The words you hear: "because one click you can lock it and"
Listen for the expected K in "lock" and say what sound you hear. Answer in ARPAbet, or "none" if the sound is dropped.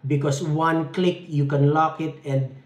K